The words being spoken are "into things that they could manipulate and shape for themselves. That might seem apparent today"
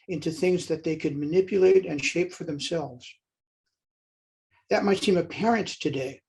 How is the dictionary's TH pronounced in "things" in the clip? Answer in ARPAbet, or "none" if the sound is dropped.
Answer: TH